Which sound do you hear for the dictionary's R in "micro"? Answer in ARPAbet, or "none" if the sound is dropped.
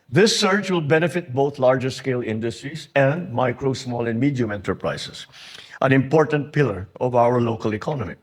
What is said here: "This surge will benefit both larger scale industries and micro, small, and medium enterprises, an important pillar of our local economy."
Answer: R